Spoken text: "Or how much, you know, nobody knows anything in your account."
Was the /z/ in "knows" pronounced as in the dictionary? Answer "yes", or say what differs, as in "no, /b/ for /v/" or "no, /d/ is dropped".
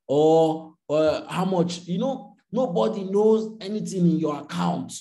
yes